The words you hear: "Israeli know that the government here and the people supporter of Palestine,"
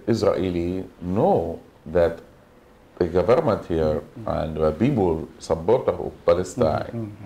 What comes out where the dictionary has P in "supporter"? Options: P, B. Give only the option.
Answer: B